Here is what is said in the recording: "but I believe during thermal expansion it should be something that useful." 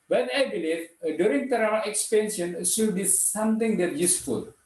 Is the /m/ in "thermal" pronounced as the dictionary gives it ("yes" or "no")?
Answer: no